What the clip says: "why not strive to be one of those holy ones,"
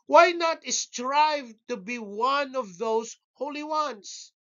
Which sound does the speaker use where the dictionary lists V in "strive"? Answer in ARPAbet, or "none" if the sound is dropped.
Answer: V